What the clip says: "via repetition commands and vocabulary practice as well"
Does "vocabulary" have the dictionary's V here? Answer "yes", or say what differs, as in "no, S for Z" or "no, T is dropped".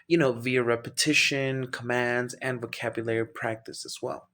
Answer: yes